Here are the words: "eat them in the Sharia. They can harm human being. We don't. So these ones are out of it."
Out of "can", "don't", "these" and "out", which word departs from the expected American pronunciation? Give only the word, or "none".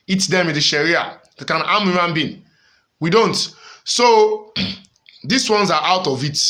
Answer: these